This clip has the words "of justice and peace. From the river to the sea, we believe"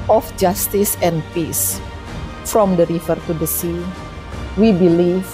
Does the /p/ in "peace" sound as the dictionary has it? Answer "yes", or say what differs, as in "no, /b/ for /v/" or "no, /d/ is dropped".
yes